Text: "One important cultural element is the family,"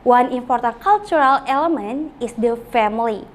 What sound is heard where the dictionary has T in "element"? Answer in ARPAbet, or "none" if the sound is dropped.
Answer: none